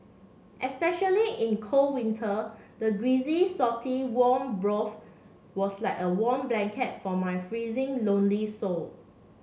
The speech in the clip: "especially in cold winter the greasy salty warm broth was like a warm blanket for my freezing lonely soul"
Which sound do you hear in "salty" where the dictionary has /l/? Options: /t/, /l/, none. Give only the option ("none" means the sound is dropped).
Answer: none